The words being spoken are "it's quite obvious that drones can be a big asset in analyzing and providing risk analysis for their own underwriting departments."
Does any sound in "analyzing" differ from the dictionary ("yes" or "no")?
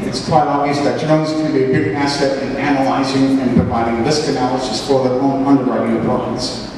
no